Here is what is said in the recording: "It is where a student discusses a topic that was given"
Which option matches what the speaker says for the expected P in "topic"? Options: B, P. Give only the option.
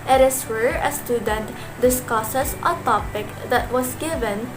P